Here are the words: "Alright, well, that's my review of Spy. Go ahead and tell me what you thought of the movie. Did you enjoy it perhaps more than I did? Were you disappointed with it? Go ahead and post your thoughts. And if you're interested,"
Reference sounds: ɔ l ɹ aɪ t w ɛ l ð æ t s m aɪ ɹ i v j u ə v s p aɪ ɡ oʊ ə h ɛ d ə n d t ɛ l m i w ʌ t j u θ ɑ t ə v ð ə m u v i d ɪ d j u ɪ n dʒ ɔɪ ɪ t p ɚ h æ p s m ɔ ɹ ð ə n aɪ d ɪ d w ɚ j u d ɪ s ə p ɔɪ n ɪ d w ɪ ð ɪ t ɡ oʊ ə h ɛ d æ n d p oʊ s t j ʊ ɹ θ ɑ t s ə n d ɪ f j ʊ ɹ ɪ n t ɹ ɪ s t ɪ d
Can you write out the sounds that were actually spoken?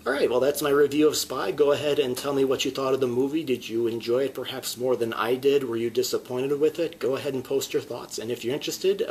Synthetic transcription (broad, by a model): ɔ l ɹ aɪ t w ɛ l ð æ t s m aɪ ɹ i v j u ə v s p aɪ ɡ oʊ ə h ɛ d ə n t ɛ l m i w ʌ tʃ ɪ θ ɑ t ə v ð ə m u v i d ɪ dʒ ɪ ɪ n dʒ ɔɪ ɪ t p ɚ h æ p s m ɔ ɹ ð ə n aɪ d ɪ d w ɚ j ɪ d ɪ s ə p ɔɪ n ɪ d w ɪ ð ɪ t ɡ oʊ ə h ɛ d n p oʊ s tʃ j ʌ ɹ θ ɑ t s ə n ɪ f j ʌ ɹ ɪ n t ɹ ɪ s t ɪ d